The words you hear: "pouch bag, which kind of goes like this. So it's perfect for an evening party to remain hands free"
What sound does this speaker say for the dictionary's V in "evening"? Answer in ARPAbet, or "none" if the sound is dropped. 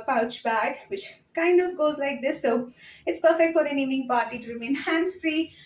none